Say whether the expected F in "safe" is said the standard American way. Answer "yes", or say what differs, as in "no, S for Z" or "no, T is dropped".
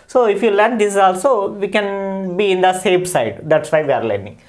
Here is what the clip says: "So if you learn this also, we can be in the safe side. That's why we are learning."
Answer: no, P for F